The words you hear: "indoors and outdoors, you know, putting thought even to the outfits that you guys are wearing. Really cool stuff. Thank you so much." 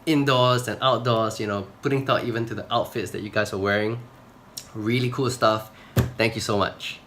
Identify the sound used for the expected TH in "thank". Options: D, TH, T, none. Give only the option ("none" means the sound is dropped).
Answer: T